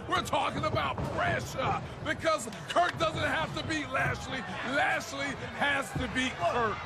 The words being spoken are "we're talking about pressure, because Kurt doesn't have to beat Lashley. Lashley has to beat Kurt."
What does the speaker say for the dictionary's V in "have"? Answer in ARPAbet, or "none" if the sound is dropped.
F